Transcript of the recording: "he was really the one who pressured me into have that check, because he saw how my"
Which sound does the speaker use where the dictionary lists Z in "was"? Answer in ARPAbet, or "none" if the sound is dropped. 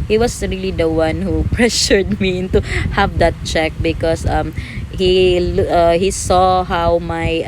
S